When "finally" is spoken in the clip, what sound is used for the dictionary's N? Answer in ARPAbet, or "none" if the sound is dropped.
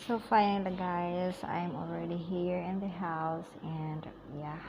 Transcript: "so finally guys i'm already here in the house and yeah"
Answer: none